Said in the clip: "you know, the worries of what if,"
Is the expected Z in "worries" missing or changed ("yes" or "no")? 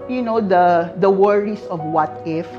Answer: yes